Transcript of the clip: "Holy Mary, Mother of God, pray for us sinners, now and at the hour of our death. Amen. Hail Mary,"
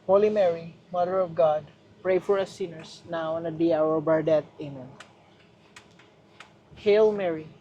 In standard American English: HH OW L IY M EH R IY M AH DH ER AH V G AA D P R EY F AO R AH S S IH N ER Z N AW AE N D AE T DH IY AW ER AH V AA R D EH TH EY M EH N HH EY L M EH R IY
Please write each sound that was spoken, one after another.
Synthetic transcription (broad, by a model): HH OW L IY M EH R IY M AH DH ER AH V G AA D P R EY F AO R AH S S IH N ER S N AW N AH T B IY AW ER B AA R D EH T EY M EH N HH EY L M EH R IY